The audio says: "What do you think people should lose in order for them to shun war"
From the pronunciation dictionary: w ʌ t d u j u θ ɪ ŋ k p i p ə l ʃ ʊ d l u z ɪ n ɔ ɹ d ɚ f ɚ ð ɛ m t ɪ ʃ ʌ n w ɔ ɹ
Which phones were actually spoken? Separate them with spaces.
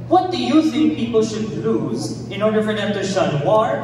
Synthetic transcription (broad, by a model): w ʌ t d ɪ j u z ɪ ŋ p i p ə l ʃ ʊ d l u z ɪ n ɔ ɹ d ɚ f ɚ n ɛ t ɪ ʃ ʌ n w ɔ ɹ